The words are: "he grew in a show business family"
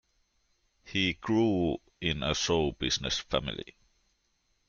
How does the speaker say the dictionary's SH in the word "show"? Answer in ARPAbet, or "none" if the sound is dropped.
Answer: S